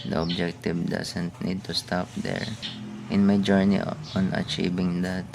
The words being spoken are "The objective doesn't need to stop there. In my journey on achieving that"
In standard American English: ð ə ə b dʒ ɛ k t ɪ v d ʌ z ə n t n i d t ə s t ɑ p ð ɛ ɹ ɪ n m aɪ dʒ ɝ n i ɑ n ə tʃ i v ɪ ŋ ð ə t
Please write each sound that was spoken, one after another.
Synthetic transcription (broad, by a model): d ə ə b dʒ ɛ k t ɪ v d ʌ s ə n t n i d t ə s t ɑ p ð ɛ ɹ ɪ n m aɪ dʒ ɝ n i ɑ n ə tʃ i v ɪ ŋ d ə t